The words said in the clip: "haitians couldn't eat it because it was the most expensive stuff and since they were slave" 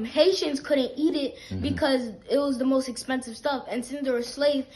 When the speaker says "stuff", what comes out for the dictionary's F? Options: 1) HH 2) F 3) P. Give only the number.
2